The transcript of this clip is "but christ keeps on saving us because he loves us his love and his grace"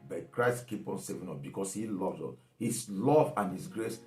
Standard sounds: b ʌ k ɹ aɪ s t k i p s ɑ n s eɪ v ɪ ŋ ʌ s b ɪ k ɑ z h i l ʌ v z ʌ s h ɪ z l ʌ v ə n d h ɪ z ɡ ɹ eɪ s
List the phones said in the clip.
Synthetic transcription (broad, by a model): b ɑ k ɹ aɪ s t k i p ɑ n s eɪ v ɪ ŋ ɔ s b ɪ k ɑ s h i l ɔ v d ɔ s h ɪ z l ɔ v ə n h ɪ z ɡ ɹ eɪ s